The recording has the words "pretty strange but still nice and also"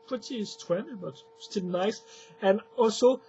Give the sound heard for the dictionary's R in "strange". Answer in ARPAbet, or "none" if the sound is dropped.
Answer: W